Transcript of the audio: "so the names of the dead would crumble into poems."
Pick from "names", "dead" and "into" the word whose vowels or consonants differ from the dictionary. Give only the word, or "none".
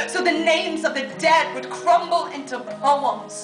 none